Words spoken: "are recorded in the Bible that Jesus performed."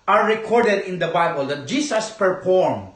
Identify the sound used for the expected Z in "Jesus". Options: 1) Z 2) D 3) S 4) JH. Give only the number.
3